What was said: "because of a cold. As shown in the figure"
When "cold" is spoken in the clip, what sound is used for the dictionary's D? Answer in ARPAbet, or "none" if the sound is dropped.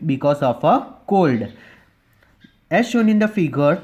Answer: D